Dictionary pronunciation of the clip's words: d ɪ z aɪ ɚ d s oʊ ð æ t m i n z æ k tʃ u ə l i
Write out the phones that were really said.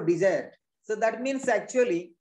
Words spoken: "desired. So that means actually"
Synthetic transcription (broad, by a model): d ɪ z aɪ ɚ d s oʊ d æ t m i n s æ k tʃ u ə l i